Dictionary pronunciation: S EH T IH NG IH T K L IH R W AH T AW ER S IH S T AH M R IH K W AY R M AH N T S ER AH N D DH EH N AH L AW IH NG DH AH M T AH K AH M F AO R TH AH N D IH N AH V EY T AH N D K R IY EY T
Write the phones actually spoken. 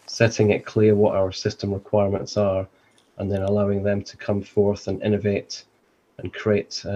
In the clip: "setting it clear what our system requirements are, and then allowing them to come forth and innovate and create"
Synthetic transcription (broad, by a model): S EH T IH NG IH T K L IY R W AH T AW ER S IH S T AH M R IH K W AY R M AH N T S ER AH N DH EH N AH L AW IH NG DH AH M T AH K AH M F AO R TH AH N IH N AH V EY T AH N K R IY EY T